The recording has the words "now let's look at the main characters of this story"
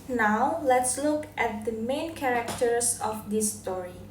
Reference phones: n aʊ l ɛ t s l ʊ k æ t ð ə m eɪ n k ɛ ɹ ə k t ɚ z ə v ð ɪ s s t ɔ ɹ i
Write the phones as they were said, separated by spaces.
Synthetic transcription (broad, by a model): n aʊ l ɛ t s l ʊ k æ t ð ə m eɪ n k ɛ ɹ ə k t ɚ s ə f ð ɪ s s t ɔ ɹ i